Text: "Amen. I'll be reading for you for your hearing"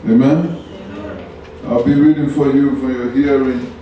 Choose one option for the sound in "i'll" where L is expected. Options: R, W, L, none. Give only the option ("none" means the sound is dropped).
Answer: L